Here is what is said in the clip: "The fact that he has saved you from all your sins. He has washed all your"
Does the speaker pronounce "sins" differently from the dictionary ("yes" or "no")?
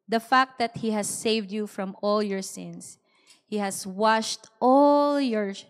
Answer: yes